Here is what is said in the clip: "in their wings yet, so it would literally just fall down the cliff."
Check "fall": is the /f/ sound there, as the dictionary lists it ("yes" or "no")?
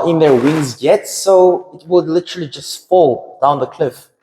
yes